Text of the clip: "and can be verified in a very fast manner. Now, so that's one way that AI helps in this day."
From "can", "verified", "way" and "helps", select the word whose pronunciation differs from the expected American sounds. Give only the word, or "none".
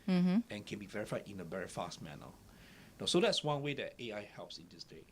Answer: none